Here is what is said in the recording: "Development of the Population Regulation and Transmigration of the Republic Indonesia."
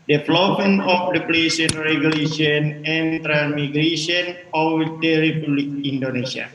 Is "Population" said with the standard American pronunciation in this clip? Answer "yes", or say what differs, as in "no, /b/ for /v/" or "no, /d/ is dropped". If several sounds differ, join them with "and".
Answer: no, /s/ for /ʃ/